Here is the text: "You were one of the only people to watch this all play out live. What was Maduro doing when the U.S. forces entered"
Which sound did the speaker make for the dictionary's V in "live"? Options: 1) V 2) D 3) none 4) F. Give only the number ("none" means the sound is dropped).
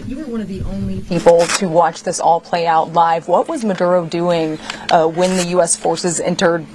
1